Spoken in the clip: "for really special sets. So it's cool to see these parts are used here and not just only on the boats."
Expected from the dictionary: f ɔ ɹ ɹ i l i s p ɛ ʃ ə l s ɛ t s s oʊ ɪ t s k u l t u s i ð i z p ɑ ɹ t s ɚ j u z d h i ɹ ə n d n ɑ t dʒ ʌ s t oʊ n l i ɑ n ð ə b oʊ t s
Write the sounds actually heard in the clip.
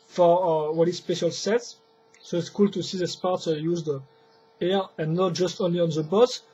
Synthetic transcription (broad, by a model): f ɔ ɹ w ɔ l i s p ɛ ʃ ə l s ɛ t s s oʊ ɪ t s k u l t u s i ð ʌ s p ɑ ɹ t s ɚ j u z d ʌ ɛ ɹ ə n n ɑ t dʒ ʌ s t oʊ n l i ɑ n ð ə b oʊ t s